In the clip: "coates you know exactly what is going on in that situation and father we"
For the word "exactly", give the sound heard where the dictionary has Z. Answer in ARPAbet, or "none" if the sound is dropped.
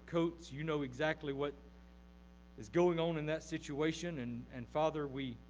Z